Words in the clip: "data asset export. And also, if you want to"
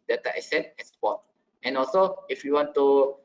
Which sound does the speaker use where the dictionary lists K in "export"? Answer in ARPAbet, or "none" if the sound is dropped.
none